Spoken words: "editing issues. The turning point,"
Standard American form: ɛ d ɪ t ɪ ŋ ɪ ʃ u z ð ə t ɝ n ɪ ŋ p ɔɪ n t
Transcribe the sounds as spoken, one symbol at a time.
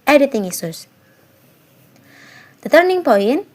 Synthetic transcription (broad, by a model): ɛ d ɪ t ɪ ŋ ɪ s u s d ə t ɝ n ɪ ŋ p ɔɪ n